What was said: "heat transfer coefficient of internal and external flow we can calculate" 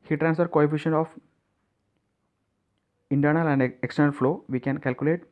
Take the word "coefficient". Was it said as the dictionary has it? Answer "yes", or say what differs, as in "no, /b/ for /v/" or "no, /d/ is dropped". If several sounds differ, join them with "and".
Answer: no, /t/ is dropped